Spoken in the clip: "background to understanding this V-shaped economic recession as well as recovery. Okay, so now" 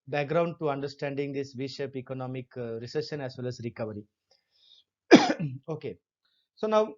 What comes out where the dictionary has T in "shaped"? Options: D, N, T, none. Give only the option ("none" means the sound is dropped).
none